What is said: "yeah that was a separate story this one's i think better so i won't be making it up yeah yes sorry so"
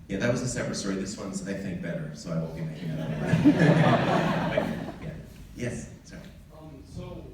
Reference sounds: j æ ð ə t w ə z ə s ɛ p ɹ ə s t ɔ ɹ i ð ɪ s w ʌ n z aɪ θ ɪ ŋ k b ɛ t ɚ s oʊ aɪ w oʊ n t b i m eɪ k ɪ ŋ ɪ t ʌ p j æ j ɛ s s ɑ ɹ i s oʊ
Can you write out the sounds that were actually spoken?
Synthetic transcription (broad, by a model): j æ ð ə t w ə z ə s ɛ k ɹ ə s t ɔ ɹ i ð ɪ s w ʌ n z aɪ θ ɪ ŋ k b ɛ t ɚ s oʊ aɪ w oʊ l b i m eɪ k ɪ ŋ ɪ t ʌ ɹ j æ j ɛ s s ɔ i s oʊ